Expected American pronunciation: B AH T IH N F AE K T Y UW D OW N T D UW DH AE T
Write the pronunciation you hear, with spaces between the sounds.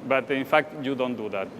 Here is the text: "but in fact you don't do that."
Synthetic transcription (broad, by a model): B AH T IH N F AE K T Y UW D OW N T D UW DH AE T